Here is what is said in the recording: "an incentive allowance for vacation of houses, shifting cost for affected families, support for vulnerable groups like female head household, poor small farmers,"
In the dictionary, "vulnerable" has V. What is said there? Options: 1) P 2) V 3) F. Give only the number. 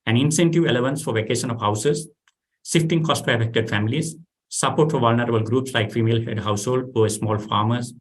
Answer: 2